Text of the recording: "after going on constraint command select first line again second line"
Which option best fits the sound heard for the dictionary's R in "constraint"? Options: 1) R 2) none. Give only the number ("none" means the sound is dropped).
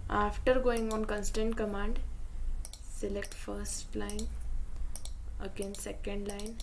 2